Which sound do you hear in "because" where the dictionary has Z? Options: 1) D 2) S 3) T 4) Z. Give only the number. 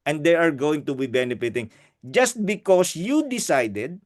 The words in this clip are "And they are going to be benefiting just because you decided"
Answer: 2